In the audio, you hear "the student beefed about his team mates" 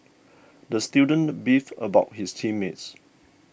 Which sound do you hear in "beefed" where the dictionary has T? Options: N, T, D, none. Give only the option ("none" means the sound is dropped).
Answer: none